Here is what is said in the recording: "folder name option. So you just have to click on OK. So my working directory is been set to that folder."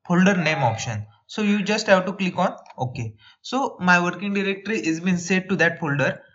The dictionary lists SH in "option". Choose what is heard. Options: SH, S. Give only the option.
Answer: SH